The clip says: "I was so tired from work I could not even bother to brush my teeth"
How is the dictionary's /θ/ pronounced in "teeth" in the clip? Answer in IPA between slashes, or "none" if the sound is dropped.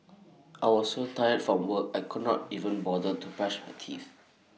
/f/